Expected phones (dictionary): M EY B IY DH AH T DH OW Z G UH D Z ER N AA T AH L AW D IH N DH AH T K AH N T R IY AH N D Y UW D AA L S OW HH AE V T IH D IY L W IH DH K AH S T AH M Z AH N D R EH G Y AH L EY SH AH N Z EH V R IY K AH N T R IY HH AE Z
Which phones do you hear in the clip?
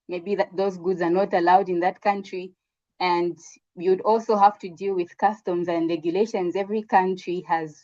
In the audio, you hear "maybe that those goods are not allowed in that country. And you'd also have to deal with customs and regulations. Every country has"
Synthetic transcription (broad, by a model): M EY B IY DH AH T DH OW Z G UH D Z ER N AA T AH L AW D IH N DH AH T K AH N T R IY AH N D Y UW D AA L S OW HH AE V T IH D IY L W IH DH K AH S T AH M Z AH N D R EH G Y AH L EY SH AH N Z EH V R IY K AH N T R IY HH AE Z